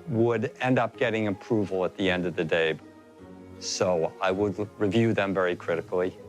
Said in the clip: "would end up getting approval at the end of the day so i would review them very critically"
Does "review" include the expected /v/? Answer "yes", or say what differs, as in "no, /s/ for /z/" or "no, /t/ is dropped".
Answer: yes